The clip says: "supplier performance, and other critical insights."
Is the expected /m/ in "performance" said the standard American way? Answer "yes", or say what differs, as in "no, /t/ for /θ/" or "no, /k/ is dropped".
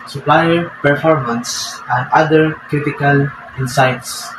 yes